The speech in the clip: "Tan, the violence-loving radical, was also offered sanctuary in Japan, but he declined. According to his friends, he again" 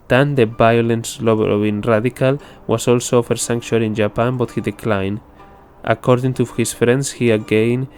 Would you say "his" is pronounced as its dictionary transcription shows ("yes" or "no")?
no